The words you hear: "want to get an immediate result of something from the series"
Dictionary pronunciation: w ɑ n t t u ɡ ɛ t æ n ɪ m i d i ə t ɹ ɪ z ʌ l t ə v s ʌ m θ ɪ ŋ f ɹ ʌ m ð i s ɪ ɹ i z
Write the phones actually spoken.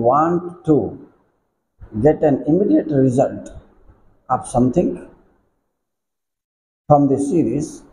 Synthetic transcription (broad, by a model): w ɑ n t t u ɡ ɛ t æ n ɪ m i d i ə t ɹ ɪ z ʌ l t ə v s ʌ m t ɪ ŋ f ɹ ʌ m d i s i ɹ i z